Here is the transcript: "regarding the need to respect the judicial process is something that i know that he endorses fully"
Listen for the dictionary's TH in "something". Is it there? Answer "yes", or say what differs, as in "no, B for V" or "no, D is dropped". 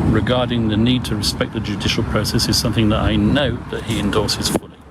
yes